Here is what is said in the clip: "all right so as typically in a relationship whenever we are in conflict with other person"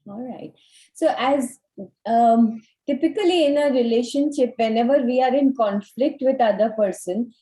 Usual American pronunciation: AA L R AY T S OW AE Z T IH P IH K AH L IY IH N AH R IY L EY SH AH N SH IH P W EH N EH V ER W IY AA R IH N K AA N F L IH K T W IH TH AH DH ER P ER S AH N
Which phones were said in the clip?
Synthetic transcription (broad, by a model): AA L R AY T S OW AE Z T IH P IH K AH L IY IH N AH R IY L EY SH AH N SH IH P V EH N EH V ER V IY AA R IH N K AA N F L IH K T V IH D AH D ER P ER S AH N